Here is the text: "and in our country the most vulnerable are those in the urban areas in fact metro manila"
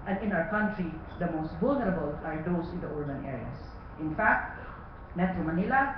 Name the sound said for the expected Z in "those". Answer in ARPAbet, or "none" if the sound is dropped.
S